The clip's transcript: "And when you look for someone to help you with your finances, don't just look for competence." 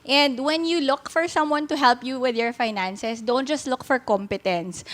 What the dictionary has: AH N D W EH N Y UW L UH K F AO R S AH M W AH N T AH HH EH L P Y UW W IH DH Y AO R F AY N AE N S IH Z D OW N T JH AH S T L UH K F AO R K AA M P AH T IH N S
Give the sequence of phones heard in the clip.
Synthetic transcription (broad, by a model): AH N D W EH N Y UW L UH K F AO R S AH M W AH N T AH HH EH L P Y UW W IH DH Y AO R F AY N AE N S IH S D OW N T JH AH S T L UH K F AO R K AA M P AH T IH N S